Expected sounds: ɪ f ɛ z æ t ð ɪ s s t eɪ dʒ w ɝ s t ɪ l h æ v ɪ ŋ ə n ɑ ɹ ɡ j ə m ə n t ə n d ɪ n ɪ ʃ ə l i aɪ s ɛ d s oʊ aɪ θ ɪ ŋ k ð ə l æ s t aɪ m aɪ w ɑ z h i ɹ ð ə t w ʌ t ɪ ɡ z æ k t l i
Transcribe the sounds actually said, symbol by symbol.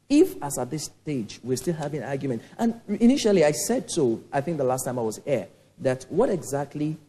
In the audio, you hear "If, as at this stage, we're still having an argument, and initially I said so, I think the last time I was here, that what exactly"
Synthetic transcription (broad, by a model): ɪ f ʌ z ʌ t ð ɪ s s t eɪ dʒ w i s t ɪ l h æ v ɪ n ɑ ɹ ɡ j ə m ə n t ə n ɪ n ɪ ʃ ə l i aɪ s ɛ d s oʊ aɪ θ ɪ ŋ k ð ə l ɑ s t aɪ m aɪ w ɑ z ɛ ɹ ð ə t w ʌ t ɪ ɡ z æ k t l i